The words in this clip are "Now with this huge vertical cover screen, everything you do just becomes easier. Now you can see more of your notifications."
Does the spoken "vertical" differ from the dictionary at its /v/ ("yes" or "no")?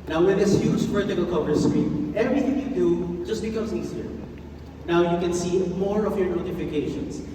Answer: yes